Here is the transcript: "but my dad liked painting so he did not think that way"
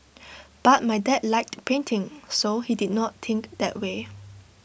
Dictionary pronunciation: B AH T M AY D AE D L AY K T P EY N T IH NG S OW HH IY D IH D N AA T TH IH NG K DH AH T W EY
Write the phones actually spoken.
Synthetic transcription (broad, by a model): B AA T M AY D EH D L AY K T P EY N T IH NG S OW HH IY D IH D N AA T T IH NG K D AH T W EY